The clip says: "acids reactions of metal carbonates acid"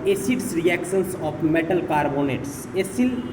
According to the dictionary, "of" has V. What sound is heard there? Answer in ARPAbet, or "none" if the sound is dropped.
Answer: P